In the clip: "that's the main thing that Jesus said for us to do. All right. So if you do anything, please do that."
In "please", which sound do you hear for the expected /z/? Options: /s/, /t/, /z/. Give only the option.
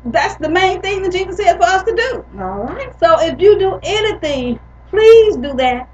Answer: /z/